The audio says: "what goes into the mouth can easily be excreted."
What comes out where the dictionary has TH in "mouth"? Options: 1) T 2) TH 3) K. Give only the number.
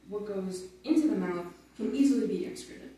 2